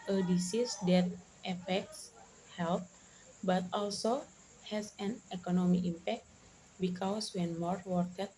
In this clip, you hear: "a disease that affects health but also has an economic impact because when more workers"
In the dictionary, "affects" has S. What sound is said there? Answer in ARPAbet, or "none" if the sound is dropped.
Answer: S